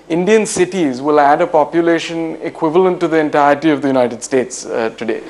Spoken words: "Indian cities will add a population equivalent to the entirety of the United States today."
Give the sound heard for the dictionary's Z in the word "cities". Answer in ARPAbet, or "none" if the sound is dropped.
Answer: Z